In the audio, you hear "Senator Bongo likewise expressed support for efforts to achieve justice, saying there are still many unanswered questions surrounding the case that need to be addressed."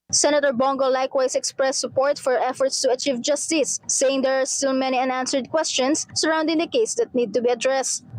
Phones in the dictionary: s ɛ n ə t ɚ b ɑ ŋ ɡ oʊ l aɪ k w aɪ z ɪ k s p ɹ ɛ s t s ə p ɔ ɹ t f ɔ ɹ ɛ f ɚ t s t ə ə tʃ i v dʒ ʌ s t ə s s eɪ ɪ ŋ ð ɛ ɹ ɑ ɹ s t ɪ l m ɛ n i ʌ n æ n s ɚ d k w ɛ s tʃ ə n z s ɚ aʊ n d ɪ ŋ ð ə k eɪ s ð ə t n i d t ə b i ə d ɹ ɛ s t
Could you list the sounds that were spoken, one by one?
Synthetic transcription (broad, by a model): s ɛ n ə t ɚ b ɑ ŋ ɡ oʊ l aɪ k w aɪ s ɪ k s p ɹ ɛ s s ə p ɔ ɹ t f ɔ ɹ ɛ f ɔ t s t ə ə tʃ i v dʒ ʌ s t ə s s eɪ ɪ ŋ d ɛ ɹ ɑ ɹ s t ɪ l m ɛ n i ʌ n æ n s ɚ d k w ɛ s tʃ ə n s ɚ aʊ n d ɪ ŋ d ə k eɪ s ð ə t n i d t ə b i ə d ɹ ɛ s t